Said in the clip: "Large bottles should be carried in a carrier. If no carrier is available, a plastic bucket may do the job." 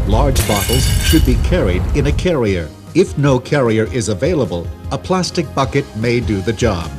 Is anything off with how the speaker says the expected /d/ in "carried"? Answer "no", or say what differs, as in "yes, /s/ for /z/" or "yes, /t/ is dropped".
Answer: no